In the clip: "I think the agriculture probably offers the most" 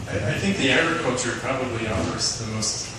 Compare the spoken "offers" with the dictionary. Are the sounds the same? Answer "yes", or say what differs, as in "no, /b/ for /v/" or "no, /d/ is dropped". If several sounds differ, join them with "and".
no, /s/ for /z/